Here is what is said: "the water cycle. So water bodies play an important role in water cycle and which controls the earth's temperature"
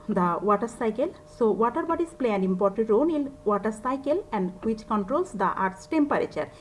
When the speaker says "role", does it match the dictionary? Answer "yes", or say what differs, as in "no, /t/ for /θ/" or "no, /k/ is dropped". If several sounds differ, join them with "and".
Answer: no, /n/ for /l/